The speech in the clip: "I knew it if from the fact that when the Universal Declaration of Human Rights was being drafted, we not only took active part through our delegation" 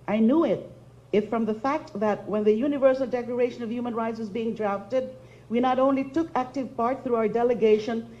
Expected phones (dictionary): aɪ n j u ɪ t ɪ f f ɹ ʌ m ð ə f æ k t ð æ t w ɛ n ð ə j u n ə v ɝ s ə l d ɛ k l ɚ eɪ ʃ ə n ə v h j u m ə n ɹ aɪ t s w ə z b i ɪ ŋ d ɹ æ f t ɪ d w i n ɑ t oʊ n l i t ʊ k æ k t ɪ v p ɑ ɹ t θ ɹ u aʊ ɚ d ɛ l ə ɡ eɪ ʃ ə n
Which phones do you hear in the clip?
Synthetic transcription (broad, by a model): aɪ n j u ɪ t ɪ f f ɹ ʌ m ð ə f æ k t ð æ t w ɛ n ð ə j u n ə v ɝ s ə l d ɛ k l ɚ eɪ ʃ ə n ə v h j u m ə n ɹ aɪ t s w ə z b i ɪ ŋ d ɹ æ f t ɪ d w i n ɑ t oʊ n l i t ʊ k æ k t ɪ v p ɑ ɹ t θ ɹ u aʊ ɚ d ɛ l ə ɡ eɪ ʃ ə n